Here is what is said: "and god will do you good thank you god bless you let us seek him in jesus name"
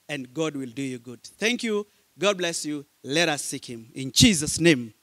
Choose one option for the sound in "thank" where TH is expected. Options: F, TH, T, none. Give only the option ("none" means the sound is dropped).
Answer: TH